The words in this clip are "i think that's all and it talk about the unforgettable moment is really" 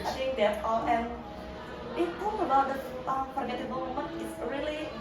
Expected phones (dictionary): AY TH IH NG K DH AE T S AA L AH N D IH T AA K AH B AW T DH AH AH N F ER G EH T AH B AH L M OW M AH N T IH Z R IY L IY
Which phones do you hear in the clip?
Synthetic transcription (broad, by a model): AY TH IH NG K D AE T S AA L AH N IH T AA AH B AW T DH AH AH F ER G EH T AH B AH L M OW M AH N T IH S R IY L IY